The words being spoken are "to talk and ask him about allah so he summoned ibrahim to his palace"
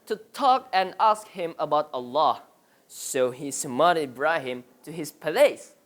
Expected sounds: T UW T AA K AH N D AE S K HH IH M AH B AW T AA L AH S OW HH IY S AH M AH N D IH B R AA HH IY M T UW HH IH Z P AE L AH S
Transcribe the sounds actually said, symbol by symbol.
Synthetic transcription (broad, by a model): T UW T AA K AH N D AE S K HH IH M AH B AW T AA L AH S OW HH IY S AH M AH D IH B R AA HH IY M T UW HH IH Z P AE L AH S